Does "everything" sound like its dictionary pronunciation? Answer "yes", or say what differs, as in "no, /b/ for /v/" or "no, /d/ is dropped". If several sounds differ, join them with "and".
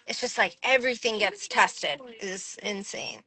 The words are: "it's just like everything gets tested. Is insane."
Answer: yes